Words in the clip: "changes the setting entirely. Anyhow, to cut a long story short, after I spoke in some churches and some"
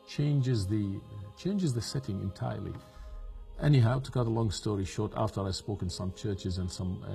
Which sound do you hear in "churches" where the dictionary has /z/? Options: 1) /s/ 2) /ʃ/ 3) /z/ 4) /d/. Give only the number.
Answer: 3